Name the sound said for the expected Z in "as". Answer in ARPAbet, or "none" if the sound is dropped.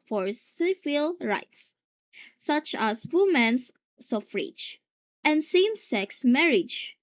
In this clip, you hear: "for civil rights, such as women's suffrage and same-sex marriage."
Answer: S